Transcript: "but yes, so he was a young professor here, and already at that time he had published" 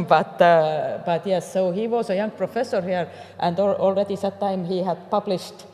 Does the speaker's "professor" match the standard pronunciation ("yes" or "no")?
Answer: yes